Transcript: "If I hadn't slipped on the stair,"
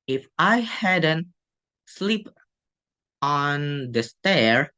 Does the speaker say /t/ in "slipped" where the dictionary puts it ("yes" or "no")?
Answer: no